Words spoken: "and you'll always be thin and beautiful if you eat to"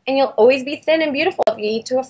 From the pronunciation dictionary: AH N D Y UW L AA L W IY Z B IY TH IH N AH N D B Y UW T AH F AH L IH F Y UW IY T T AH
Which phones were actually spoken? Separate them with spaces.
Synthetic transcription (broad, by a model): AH N Y UW L AA L W IY Z B IY TH IH N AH N B Y UW T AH F L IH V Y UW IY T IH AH